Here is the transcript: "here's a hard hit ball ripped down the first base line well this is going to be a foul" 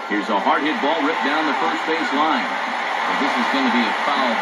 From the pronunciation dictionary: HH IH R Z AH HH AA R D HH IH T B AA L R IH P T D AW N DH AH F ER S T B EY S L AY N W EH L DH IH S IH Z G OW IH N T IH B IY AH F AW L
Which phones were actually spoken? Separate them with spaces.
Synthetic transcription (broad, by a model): HH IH R Z AH HH AA R D HH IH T B AA L R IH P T D AW N DH AH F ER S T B EY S L AY N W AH N DH IH S IH Z G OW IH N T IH B IY AH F AW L